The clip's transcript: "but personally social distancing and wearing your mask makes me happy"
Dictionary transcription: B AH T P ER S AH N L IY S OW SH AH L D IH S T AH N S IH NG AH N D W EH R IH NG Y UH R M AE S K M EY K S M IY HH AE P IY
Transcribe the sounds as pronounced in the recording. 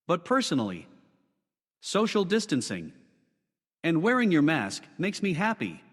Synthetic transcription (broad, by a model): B AH T P ER S AH N L IY S OW SH L D IH S T AH N S IH NG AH N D W EH R IH NG Y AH R M AE S K M EY K S M IY HH AE P IY